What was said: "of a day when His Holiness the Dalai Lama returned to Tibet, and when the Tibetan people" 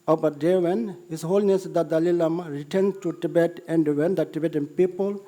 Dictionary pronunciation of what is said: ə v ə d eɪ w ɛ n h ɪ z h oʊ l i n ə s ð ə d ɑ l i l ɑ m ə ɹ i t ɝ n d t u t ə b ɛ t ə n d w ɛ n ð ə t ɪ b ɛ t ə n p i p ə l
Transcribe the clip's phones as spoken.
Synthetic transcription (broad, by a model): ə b ə d eɪ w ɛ n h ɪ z h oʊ l n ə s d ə d ɑ l i l ɑ m ə ɹ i t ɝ n t u t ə b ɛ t ə n d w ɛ n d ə t ɪ b ɛ t ə n p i p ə l